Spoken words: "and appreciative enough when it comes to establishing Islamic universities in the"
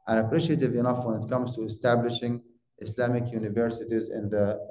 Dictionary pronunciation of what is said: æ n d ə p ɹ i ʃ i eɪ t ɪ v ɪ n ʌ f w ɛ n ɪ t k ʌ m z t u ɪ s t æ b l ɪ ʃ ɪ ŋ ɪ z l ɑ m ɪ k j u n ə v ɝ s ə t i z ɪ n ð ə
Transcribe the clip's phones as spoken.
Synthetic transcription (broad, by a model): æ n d ə p ɹ i ʃ i eɪ t ɪ v ɪ n ʌ f w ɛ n ɪ t k ʌ m z t u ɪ s t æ b l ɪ ʃ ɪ ŋ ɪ s l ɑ m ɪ k j u n ə v ɝ s ə t i z ɪ n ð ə